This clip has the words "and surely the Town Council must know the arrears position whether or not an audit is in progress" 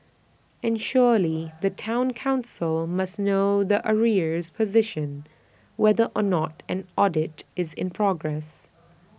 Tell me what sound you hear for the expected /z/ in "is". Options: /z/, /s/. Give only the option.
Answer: /z/